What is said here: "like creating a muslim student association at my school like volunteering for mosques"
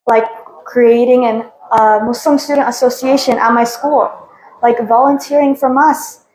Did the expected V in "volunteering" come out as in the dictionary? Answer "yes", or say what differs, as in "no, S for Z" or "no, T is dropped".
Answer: yes